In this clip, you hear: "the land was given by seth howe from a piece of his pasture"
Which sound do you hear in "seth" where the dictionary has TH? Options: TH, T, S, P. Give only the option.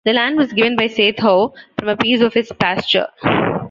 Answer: T